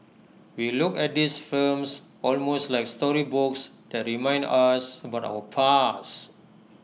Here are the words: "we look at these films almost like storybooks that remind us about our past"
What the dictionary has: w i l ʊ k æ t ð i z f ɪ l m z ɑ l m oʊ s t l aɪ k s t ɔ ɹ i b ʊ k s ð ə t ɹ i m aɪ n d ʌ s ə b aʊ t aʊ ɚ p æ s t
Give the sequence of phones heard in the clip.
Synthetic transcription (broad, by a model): w i l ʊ k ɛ t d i s f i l m s ɑ l m oʊ s t l aɪ k s t ɔ ɹ i b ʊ k s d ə t ɹ i m aɪ n d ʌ s ə b aʊ t aʊ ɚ p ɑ s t